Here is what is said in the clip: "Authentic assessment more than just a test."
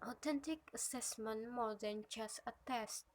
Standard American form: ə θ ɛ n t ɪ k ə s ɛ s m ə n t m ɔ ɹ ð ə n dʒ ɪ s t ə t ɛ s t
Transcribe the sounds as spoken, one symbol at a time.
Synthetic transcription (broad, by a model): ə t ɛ n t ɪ k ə s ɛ s m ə n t m ɔ ɹ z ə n tʃ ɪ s ə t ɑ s